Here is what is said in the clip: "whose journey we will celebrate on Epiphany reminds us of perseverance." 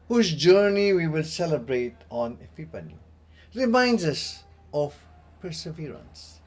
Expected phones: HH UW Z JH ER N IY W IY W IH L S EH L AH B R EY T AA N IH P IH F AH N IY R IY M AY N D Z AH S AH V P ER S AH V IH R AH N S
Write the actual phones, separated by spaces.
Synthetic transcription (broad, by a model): HH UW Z JH ER N IY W IY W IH L S EH L AH B R EY T AA N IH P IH P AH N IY R IY M AY N D Z AH S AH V P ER S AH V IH R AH N S